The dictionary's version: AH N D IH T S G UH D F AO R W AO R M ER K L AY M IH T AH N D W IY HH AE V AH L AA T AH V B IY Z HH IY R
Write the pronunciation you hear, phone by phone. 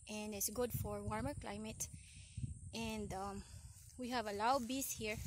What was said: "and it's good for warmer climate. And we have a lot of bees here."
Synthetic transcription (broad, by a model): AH N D IH T S G UH D F AO R W AO R M ER K L AY M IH T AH N D W IY HH AE V AH L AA AH B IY S HH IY R